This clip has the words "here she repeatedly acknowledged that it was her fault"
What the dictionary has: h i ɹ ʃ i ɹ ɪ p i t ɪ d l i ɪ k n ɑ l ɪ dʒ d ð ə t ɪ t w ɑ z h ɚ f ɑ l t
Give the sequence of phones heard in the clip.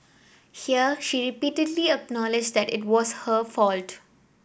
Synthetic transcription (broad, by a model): h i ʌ ʃ i ɹ ɪ p i t ɪ d l i ɪ k n ɑ l ɪ dʒ d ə t ɪ t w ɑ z h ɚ f ɑ l t